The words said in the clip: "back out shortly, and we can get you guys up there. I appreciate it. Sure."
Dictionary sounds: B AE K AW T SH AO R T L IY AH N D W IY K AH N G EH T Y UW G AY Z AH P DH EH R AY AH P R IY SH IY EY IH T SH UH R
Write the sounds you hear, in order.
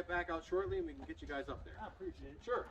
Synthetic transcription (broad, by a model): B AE K AW T SH AO R T L IY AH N W IY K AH N G EH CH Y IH G AY Z AH P DH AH R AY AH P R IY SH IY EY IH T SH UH R